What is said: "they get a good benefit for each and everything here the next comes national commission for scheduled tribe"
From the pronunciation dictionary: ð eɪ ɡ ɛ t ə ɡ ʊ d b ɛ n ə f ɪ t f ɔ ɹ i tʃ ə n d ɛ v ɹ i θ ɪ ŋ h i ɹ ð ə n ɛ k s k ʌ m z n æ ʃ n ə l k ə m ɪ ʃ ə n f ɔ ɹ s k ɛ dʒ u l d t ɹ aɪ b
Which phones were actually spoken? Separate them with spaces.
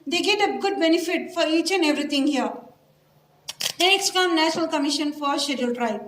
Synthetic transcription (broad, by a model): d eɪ ɡ ɛ t ə ɡ ʊ d b ɛ n ə f ɪ t f ɔ ɹ i tʃ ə n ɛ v ɹ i t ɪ ŋ h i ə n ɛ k s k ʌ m n æ ʃ n ə l k ə m ɪ ʃ ə n f ɔ ɹ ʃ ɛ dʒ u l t ɹ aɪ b